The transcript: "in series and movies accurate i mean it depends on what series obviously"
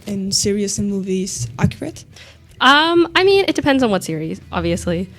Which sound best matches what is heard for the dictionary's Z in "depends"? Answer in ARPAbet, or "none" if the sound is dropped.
Z